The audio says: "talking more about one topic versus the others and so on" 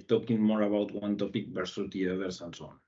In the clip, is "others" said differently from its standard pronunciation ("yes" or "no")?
yes